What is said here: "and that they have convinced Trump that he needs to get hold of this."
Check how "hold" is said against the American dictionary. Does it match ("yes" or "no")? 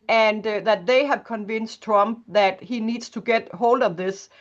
yes